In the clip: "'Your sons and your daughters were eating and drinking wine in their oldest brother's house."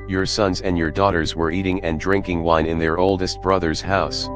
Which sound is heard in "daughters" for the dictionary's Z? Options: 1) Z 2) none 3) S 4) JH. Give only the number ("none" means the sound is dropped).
1